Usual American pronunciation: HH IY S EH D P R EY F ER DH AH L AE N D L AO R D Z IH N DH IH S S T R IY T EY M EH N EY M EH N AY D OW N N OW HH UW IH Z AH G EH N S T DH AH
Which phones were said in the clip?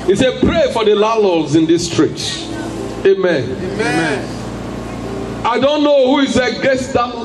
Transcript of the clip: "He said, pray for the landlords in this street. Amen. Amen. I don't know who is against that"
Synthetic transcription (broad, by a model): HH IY S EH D P R EY F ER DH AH L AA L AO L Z IH N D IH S S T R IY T EY M EH N EY M EH N AY D OW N N OW HH UW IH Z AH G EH S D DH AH